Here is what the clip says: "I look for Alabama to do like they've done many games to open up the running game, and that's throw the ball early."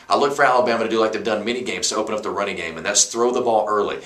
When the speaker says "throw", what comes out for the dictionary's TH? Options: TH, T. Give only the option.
TH